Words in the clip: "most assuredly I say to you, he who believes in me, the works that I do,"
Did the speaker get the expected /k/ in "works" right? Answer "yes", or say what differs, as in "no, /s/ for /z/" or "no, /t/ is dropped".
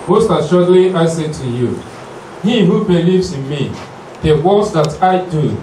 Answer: no, /k/ is dropped